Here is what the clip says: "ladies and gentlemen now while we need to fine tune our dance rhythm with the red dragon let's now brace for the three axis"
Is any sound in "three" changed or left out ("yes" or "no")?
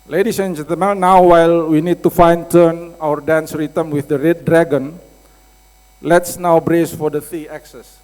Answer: yes